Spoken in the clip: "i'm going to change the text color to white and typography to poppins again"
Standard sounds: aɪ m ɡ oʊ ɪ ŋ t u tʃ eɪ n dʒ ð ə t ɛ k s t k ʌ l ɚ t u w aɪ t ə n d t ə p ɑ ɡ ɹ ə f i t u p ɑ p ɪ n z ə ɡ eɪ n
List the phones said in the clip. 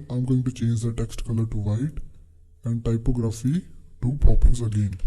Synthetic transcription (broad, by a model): aɪ m ɡ oʊ ɪ ŋ t u tʃ eɪ n dʒ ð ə t ɛ k s t k ʌ l ɚ t u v aɪ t ə n d t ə p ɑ ɡ ɹ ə f i t u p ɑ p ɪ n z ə ɡ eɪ n